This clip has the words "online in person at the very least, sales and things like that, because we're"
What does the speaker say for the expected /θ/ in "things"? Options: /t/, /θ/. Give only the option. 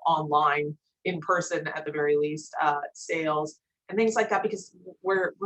/θ/